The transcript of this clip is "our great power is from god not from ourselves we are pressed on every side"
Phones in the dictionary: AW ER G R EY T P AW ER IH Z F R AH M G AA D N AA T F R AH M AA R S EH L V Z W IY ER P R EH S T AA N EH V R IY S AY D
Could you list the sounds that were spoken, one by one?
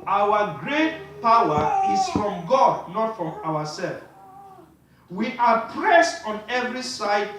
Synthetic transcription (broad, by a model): AW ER G R EY T P AW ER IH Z F R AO M G AA D N AA T F R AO M AA W S EH L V W IY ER P R EH S T AA N EH V R IY S AY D